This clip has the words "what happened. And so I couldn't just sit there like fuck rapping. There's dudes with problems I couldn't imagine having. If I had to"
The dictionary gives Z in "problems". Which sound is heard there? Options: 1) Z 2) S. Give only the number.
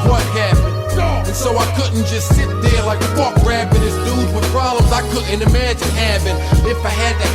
1